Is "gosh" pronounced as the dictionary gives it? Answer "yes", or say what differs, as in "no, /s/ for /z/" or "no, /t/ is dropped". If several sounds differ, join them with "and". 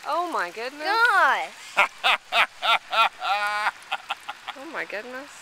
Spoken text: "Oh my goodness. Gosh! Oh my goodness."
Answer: no, /ʃ/ is dropped